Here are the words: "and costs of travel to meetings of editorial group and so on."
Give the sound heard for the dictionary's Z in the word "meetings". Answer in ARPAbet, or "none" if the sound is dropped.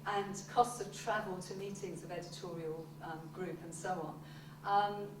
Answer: Z